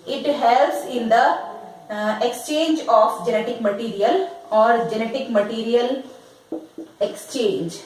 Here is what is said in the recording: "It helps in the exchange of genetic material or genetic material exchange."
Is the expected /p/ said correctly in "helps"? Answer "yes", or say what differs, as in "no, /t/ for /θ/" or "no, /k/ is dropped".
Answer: no, /p/ is dropped